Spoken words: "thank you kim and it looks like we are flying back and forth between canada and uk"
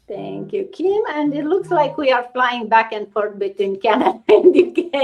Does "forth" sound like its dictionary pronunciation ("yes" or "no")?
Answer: no